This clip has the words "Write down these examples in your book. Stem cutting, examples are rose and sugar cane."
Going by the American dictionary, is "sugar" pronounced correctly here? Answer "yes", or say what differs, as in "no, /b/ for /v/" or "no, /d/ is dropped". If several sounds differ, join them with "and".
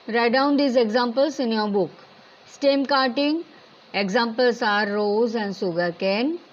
no, /s/ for /ʃ/